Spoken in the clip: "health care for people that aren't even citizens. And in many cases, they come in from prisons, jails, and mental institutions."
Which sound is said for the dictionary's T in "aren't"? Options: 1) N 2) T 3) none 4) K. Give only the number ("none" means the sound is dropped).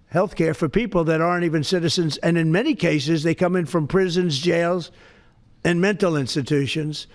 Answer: 2